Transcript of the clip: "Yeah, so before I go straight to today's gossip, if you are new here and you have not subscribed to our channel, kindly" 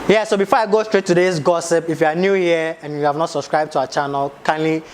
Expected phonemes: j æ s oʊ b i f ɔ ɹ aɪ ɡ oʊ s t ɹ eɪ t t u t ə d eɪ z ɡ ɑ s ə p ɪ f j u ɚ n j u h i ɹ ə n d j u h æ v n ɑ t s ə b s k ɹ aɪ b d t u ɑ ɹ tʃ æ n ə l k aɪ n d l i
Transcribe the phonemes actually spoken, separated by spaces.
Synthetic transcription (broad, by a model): j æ s oʊ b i f ɔ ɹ aɪ ɡ oʊ s t ɹ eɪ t t u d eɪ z ɡ ɑ s ə p ɪ f j u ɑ n j u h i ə n j u h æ v n ɑ t s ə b s k ɹ aɪ b t u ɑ tʃ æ n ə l k aɪ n l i